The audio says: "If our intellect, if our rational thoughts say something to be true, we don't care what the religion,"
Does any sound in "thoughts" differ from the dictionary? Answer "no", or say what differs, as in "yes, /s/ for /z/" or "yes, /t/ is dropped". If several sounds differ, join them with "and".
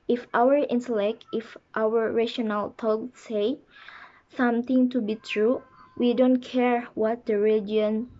yes, /t/ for /θ/